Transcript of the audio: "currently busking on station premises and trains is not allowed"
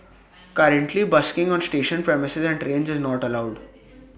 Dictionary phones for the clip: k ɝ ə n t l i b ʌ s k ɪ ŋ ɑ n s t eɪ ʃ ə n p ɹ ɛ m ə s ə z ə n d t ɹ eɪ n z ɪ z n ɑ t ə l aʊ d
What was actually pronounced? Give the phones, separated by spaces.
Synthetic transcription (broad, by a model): k ɝ ə n t l i b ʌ s k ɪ ŋ ɑ n s t eɪ ʃ ə n p ɹ ɛ m ə s ə z ə n d t ɹ eɪ n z ɪ z n ɑ t ə l aʊ d